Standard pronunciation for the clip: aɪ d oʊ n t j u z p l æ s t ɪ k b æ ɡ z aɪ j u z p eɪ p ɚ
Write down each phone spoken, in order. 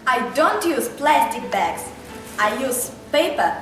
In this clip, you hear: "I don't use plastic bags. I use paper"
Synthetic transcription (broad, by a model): aɪ d oʊ n t j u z p l æ s t ɪ k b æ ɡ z aɪ j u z p eɪ p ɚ